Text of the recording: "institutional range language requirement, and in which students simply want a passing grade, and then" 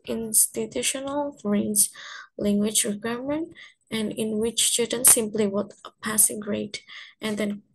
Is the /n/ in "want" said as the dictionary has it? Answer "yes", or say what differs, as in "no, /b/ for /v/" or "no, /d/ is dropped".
no, /n/ is dropped